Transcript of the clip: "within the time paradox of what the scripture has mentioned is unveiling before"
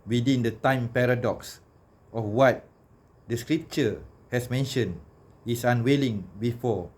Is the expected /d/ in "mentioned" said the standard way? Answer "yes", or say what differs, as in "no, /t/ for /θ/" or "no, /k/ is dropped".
no, /d/ is dropped